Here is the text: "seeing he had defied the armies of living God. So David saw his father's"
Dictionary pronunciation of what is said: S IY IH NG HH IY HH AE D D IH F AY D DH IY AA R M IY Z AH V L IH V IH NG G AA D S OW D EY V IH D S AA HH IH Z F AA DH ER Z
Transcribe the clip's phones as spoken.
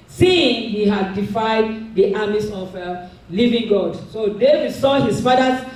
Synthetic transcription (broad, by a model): S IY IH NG HH IY HH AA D D IH F AY D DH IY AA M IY S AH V L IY V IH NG G AA D S OW D EY V IH D S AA HH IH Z F AA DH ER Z